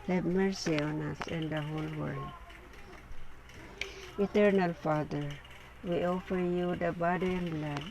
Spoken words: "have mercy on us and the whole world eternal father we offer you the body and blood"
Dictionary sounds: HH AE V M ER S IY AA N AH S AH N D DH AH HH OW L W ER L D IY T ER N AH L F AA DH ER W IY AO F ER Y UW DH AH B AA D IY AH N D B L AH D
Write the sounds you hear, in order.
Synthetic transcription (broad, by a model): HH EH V M ER S IY AA N AH S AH N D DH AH HH OW L W ER L D IY T ER N AH L F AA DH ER W IY AO F ER Y UW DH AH B AA D IY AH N B L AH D